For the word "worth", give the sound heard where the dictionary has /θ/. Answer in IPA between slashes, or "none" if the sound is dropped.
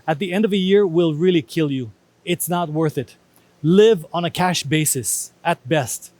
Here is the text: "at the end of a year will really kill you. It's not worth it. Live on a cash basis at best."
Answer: /θ/